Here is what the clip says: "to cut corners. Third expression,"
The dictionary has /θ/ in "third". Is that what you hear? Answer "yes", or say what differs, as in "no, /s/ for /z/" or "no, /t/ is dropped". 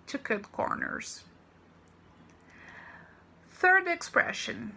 yes